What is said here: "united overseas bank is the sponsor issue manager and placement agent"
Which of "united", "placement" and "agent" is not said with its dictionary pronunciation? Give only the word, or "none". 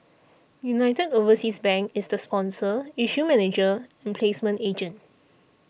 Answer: none